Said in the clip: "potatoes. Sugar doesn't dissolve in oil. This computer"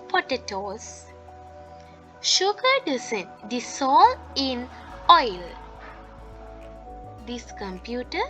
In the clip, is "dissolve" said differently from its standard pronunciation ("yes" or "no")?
yes